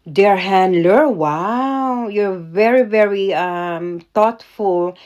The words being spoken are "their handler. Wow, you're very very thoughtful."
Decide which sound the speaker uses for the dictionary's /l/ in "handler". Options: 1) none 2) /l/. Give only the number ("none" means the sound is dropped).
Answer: 2